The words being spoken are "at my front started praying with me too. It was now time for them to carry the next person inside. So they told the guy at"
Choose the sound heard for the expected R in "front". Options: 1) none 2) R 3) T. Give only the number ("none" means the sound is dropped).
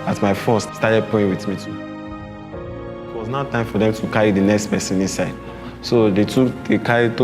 1